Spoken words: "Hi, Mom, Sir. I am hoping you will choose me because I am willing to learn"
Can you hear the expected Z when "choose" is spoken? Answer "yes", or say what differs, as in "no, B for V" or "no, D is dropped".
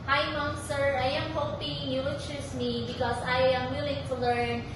no, S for Z